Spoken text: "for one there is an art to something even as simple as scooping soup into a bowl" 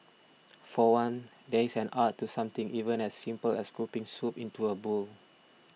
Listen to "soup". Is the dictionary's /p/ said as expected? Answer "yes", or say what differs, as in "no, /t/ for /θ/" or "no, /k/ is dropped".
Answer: yes